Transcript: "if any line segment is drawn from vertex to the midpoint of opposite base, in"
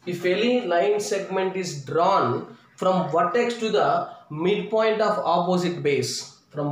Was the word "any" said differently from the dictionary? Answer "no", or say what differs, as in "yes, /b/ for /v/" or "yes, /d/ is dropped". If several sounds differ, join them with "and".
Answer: yes, /l/ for /n/